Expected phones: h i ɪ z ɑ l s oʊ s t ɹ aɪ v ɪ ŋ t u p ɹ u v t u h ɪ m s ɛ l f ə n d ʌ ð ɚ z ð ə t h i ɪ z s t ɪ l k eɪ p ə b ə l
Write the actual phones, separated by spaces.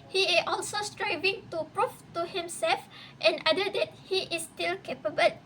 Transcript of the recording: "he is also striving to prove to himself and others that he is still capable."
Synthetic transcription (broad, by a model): h i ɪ s ɑ l s oʊ s t ɹ aɪ v ɪ ŋ t u p ɹ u f t u h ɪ m s ɛ l f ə n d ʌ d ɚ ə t h i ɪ s t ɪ l k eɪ p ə b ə l